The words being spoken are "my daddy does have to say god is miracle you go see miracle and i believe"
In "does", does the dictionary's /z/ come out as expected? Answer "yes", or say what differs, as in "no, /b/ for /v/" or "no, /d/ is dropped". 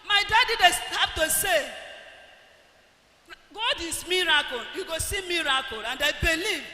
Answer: no, /s/ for /z/